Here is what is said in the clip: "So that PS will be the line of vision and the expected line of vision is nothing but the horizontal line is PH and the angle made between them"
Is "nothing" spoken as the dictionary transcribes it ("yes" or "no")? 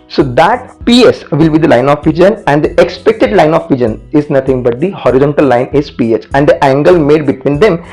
no